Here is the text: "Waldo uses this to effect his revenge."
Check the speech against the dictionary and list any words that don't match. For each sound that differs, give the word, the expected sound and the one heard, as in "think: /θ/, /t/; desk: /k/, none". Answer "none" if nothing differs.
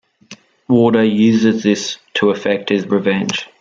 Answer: waldo: /l/, none